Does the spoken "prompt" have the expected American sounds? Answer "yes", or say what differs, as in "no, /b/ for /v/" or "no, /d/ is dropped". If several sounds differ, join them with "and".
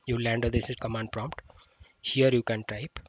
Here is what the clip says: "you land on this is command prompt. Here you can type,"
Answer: yes